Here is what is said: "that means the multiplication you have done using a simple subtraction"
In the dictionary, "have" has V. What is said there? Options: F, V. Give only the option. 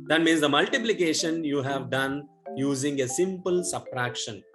V